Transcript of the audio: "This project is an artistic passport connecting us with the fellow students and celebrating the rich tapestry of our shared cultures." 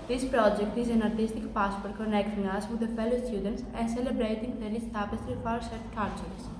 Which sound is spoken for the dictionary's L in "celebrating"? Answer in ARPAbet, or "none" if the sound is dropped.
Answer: L